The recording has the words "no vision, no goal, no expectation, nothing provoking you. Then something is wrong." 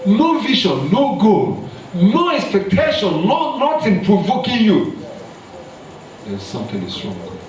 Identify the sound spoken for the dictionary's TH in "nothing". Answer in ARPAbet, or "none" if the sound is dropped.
T